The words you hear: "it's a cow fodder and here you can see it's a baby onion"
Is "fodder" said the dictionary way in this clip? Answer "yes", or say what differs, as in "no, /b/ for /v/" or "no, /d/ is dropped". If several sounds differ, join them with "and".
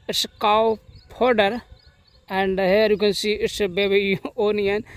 no, /p/ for /f/